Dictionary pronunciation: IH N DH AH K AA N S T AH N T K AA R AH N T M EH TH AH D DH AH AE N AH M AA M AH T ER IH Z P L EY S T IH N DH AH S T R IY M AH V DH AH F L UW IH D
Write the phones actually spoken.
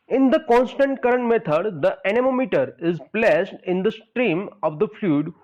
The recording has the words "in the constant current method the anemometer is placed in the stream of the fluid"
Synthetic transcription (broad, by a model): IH N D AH K AA N S T AH N T K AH R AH N T M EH T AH D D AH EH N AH M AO M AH T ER IH Z P L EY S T IH N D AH S T R IY M AH V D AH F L UW D